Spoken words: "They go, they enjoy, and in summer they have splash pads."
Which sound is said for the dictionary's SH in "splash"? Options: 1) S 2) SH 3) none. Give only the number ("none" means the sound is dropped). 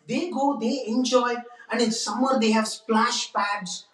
2